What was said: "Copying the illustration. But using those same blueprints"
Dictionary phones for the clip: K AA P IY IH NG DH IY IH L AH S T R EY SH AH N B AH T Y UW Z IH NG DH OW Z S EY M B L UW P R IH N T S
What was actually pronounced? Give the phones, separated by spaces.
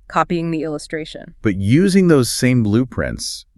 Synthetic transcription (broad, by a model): K AA P IY IH NG DH IY IH L AH S T R EY SH AH N B AH T Y UW Z IH NG DH OW Z S EY M B L UW P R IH N T S